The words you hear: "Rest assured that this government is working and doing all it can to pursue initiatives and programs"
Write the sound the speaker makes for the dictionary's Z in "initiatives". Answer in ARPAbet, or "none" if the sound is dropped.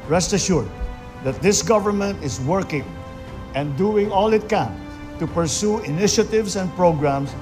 S